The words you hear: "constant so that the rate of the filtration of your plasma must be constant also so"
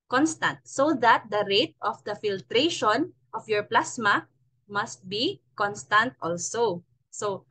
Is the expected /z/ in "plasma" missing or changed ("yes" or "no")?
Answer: yes